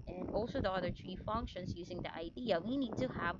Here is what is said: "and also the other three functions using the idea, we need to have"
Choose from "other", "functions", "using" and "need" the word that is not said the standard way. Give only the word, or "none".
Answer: none